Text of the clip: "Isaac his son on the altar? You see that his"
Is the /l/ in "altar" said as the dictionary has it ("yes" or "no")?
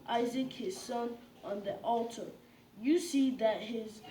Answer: yes